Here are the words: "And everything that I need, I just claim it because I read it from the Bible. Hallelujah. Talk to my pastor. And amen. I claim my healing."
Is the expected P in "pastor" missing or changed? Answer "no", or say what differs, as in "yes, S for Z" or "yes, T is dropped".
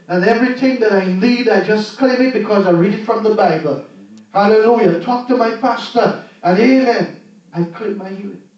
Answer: no